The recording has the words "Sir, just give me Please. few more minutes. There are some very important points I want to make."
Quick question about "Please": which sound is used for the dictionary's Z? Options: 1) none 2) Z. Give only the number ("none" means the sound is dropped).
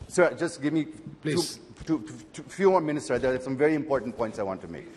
1